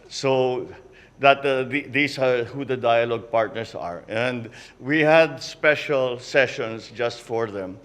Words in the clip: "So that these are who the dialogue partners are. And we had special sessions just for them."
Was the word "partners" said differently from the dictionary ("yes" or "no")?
yes